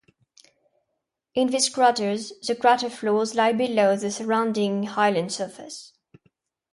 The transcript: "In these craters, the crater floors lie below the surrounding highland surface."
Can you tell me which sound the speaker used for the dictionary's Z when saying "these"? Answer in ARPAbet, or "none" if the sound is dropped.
S